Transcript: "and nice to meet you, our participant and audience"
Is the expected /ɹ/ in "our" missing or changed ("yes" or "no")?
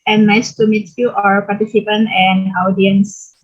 no